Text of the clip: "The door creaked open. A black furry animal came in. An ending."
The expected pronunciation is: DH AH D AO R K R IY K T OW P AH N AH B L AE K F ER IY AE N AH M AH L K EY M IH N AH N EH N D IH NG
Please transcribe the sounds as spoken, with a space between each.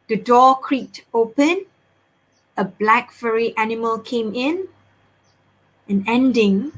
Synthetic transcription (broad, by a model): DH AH D AO K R IY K T OW P AH N AH B L AE K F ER IY AE N AH M AH L K EY M IH N AH N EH N D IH NG